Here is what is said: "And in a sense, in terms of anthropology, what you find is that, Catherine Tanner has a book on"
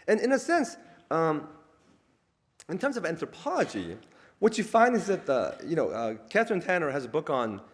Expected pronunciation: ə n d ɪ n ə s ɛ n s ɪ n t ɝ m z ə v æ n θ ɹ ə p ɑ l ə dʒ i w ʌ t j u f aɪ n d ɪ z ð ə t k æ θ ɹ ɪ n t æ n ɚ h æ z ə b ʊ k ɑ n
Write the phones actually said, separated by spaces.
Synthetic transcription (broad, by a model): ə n ɪ n ə s ɛ n s ɪ n t ɝ m z ə v æ n θ ɹ ə p ɑ l ə dʒ i w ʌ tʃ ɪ f aɪ n d ɪ z ð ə t k æ θ ɹ ɪ n t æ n ɚ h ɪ z ə b ʊ k n